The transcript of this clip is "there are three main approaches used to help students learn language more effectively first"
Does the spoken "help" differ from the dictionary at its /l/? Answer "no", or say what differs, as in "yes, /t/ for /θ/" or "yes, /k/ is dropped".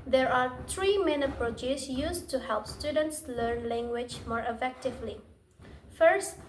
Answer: no